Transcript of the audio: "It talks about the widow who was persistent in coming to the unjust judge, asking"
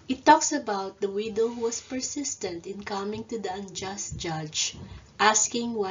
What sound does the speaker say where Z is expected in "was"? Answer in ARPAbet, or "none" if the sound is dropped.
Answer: S